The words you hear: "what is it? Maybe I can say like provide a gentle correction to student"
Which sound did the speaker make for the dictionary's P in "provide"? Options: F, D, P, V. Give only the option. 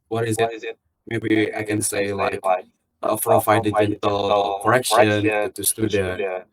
F